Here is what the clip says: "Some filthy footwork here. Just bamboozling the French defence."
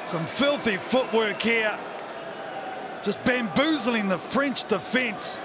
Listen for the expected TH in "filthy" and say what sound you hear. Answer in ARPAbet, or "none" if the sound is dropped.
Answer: TH